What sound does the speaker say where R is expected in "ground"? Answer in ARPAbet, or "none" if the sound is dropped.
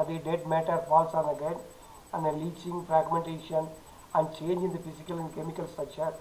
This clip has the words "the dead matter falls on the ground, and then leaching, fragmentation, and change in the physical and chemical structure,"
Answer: none